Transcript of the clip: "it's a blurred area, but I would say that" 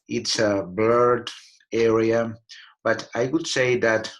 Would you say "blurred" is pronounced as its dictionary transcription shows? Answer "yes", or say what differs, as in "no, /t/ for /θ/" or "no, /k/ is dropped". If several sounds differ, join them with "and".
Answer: no, /l/ is dropped